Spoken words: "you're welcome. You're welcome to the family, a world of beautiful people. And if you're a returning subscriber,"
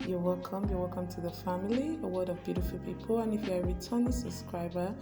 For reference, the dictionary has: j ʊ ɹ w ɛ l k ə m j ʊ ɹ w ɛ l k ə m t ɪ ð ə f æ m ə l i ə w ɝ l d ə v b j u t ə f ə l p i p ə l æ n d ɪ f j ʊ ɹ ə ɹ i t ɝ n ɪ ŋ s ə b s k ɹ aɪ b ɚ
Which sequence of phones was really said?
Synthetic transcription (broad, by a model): j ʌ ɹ w ɛ l k ə m j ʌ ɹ w ɛ l k ə m t ɪ ð ə f æ m ə l i ə w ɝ d ə v b j u t ə f ə l p i p ə l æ n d ɪ f j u ə ɹ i t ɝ n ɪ s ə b s k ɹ aɪ b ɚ